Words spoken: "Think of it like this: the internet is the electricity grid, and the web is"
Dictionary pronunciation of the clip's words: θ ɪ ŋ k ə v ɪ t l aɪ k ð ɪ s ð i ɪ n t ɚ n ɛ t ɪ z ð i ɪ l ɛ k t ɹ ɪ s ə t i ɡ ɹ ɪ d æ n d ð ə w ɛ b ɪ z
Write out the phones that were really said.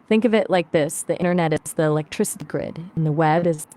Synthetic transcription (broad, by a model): θ ɪ ŋ k ə v ɪ t l aɪ k ð ɪ s ð i ɪ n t ɚ n ɛ t ɪ z ð i ɪ l ɛ k t ɹ ɪ s ə t i ɡ ɹ ɪ d n ð ə w ɛ b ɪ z